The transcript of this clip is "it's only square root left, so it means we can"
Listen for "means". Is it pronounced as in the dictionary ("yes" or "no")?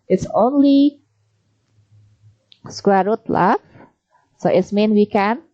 no